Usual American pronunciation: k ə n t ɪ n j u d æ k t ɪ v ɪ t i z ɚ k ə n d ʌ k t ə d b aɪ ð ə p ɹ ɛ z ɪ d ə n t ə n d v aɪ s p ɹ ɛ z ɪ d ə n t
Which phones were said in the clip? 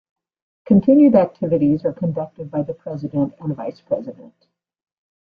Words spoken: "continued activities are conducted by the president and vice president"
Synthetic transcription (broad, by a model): k ə n t ɪ n j u d æ k t ɪ v ɪ t i z ɚ k ə n d ʌ k t ə d b aɪ ð ə p ɹ ɛ z ɪ d ə n t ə n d v aɪ s p ɹ ɛ z ɪ d ə n t